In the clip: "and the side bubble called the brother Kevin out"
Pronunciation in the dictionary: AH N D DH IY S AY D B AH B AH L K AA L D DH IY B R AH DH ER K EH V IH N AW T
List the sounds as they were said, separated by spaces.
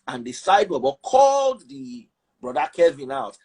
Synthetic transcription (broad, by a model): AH N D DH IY S AY D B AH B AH K AA L D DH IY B R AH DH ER K EH V IH N AW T